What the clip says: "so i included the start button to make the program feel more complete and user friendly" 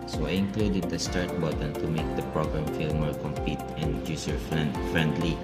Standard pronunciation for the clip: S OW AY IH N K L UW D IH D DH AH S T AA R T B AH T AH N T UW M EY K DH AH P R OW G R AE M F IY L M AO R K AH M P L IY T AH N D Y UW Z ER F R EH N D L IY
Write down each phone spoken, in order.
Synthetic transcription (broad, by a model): S OW AY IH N K L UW D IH D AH S T AA R T B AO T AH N T UW M EY K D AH P R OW G R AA M F IY L M AO R K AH M P IY T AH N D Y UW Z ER F R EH N D L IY